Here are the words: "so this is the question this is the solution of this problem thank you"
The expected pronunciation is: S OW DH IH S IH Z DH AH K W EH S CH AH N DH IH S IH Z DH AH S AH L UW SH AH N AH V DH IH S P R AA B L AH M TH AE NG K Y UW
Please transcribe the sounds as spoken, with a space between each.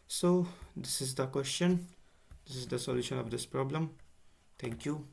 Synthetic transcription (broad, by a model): S OW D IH S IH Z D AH K W EH S CH AH N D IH S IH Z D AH S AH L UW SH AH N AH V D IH S P R AA B L AH M T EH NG K Y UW